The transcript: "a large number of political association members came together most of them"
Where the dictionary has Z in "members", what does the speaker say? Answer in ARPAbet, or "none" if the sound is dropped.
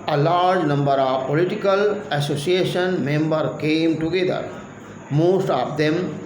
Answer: none